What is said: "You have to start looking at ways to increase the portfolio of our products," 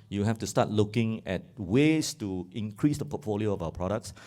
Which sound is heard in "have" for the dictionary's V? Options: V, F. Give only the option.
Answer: F